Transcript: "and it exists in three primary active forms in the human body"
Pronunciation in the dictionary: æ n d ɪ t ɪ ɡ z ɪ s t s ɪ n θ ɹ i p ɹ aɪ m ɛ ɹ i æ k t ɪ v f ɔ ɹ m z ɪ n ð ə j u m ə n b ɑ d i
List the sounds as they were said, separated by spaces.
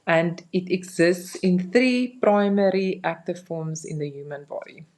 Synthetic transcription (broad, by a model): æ n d ɪ t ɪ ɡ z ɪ s t s ɪ n θ ɹ i p ɹ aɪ m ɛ ɹ i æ k t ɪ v f ɔ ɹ m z ɪ n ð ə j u m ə n b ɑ d i